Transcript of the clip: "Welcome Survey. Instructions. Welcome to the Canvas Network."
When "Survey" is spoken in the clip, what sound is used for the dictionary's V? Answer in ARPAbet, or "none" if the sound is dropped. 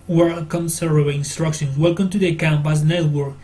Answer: none